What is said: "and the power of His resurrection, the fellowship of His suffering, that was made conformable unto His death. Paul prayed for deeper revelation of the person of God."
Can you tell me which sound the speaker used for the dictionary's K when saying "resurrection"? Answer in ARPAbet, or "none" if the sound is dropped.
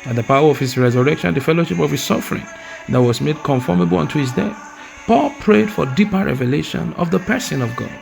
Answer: K